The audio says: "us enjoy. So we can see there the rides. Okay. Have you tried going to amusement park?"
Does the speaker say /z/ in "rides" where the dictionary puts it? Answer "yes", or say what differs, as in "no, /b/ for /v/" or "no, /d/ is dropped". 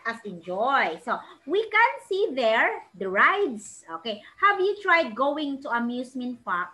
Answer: no, /s/ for /z/